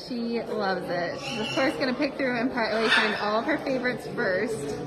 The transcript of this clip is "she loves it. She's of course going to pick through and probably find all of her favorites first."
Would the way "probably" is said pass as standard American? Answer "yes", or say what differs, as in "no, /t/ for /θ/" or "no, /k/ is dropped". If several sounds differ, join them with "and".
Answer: no, /ɹ/ is dropped